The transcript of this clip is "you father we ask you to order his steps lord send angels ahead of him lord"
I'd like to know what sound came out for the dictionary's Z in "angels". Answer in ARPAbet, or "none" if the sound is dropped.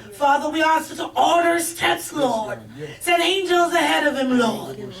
Z